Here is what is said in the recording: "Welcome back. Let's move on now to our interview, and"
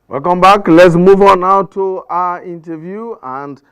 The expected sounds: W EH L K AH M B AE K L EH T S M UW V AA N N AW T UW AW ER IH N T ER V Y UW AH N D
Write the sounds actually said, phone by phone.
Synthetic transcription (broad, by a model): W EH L K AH M B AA K L EH T S M UW V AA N N AW T UW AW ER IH N T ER V Y UW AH N D